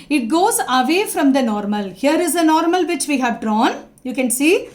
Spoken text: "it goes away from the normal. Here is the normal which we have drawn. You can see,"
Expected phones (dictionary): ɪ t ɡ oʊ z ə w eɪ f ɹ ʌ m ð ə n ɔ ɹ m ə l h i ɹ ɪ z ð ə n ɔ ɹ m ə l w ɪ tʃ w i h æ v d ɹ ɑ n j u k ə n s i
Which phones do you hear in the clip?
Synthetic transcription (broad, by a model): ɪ t ɡ oʊ z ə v eɪ f ɹ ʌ m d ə n ɔ ɹ m ə l h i ɹ ɪ z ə n ɔ ɹ m ə l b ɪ tʃ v i h æ v d ɹ ɑ n j u k ə n s i